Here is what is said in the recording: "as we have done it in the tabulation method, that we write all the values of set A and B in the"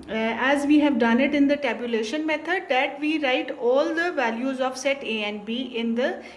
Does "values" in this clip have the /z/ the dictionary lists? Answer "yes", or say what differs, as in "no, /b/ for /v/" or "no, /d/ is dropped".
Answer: yes